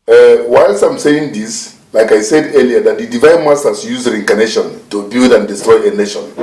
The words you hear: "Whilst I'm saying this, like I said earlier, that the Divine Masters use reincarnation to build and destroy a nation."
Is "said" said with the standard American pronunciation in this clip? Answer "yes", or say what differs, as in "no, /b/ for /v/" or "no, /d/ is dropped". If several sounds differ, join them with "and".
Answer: yes